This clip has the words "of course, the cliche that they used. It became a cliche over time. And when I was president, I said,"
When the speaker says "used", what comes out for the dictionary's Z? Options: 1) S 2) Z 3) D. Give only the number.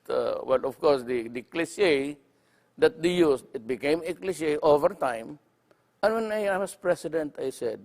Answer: 1